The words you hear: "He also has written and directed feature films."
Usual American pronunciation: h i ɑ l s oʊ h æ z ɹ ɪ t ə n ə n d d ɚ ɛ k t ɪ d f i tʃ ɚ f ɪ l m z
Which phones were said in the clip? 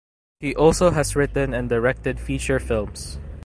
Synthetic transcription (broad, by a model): h i ɑ l s oʊ h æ s ɹ ɪ t ə n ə n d d ɚ ɛ k t ɪ d f i tʃ ɚ f ɪ l m s